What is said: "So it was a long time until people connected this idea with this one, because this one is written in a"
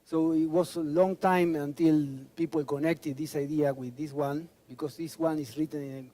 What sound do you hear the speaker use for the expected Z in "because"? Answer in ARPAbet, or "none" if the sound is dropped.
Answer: S